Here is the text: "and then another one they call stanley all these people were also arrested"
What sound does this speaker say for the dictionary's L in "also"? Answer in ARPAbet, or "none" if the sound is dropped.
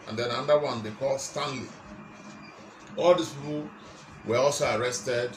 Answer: L